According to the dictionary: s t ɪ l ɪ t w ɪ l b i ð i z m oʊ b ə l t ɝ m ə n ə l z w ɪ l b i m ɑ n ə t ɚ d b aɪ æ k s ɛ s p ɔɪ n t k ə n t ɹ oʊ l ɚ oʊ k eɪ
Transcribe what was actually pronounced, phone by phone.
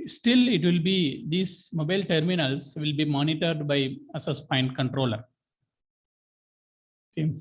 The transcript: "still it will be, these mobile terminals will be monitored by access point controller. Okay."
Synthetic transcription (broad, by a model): s t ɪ l ɪ t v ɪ l b i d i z m oʊ b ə l t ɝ m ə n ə l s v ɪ l b i m ɑ n ə t ɚ d b aɪ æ s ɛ s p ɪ n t k ə n t ɹ oʊ l ɚ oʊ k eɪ